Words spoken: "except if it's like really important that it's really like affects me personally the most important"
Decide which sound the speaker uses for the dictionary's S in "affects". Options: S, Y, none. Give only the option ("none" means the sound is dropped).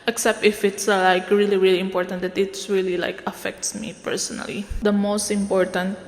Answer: S